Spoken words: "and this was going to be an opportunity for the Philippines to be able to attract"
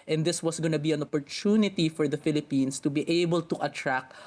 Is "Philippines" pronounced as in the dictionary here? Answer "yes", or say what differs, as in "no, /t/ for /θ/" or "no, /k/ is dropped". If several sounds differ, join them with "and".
no, /s/ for /z/